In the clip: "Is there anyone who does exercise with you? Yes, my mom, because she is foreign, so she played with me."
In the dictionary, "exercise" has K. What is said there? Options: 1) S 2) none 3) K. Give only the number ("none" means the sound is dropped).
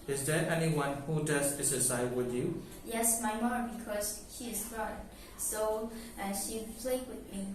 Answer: 2